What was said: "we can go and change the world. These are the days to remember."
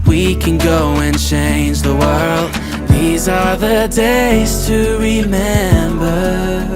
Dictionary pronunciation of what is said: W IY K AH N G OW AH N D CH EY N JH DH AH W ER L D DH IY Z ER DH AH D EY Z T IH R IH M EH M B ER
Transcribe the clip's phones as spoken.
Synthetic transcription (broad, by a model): W IY K AH N G OW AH N CH EY N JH DH AH W ER L D DH IY Z ER DH AH D EY Z T IH R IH M EH M B ER